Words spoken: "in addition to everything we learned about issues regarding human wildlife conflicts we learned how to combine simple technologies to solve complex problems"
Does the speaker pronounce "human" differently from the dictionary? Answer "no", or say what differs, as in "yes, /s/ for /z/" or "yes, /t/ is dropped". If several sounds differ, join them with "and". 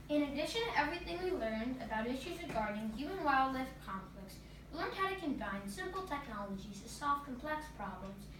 yes, /m/ is dropped